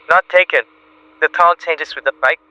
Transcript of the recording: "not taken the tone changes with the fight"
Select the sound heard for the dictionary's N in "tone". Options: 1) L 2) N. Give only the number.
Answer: 1